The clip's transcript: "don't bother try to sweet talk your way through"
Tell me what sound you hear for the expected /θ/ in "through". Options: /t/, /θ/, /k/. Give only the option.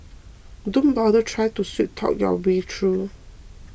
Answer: /t/